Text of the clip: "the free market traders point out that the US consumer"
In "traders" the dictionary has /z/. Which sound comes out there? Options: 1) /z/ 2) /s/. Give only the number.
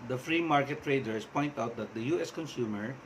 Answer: 2